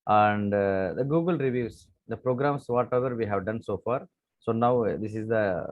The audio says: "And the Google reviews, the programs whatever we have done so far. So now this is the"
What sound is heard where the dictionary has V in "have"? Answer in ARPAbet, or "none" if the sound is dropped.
V